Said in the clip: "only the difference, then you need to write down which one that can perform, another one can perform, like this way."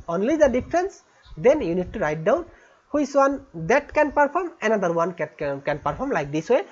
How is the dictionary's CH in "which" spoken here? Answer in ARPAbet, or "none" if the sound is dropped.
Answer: S